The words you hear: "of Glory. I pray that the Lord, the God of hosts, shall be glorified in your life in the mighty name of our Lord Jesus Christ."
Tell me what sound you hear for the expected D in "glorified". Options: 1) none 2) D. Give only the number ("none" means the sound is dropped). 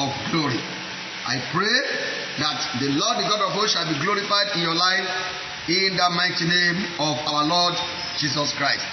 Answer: 2